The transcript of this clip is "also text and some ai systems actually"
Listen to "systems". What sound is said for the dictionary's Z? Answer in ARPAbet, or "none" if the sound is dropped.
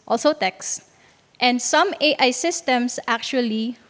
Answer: S